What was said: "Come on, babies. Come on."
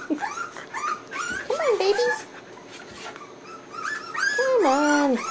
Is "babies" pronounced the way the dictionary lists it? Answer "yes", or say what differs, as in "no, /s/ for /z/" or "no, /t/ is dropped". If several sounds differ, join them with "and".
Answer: no, /z/ is dropped